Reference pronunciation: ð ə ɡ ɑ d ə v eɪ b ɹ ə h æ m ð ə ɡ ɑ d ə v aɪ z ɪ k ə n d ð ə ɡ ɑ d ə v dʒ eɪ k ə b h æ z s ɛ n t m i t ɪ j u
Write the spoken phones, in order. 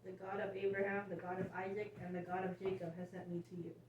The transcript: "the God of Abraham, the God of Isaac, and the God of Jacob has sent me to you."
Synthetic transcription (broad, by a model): ð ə ɡ ɑ d ə v eɪ b ɹ ə h æ m ð ə ɡ ɑ d ə v aɪ z ɪ k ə n ð ə ɡ ɑ d ə v dʒ eɪ k ə b h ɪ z s ɛ n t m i t ɪ j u